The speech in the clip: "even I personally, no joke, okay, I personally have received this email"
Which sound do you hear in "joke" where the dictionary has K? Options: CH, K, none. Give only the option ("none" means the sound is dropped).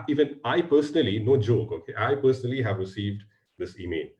K